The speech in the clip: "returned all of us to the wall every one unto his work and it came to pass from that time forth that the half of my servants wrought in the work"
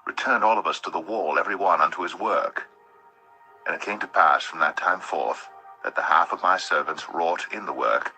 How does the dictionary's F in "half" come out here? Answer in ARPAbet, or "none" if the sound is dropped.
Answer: F